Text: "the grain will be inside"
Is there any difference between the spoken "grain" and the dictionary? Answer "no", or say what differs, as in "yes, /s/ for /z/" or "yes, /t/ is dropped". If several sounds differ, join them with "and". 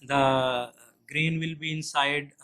no